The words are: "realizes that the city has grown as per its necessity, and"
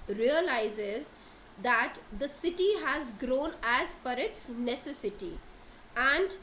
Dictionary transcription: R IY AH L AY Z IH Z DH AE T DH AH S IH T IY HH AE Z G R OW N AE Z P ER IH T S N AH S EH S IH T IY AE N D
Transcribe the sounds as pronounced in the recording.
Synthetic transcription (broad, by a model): R IY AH L AY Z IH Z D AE T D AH S IH T IY HH AE Z G R OW N AE Z F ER IH T S N AH S EH S IH T IY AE N D